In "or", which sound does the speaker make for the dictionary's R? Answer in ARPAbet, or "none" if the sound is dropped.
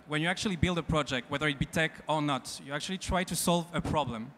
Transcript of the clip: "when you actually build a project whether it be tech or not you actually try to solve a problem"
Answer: R